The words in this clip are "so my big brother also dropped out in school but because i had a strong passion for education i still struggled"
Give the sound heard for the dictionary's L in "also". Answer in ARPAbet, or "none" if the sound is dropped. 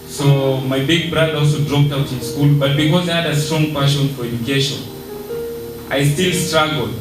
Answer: L